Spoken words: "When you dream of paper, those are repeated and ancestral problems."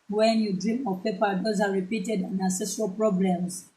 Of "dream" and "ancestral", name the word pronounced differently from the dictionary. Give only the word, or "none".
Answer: ancestral